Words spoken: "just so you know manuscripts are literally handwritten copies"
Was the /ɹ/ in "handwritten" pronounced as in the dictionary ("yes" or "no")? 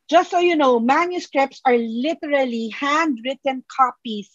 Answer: yes